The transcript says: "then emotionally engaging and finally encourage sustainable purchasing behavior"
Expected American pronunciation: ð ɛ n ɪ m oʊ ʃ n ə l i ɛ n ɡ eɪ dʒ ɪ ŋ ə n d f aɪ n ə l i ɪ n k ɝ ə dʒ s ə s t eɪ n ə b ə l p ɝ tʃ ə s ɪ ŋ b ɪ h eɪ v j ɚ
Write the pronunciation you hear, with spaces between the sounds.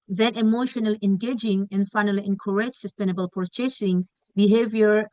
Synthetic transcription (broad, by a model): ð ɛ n ɪ m oʊ ʃ n ə l i ɛ n ɡ eɪ dʒ ɪ ŋ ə n f aɪ n ə l i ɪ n k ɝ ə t s ə s t eɪ n ə b ə l p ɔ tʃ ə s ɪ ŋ b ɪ h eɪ v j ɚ